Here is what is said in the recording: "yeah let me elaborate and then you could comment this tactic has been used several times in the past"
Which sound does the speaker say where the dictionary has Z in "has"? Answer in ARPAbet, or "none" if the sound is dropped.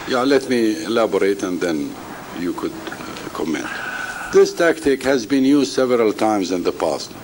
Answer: Z